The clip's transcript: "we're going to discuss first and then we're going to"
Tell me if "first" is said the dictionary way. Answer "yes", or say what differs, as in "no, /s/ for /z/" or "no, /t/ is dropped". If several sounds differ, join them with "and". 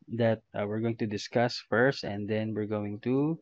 yes